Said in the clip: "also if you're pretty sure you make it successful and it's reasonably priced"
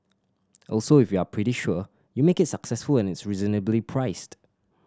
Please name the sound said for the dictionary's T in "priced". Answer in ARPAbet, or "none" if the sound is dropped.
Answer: T